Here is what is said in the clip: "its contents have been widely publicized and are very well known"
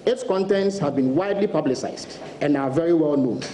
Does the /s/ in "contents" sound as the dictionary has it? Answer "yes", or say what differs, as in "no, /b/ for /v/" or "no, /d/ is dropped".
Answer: yes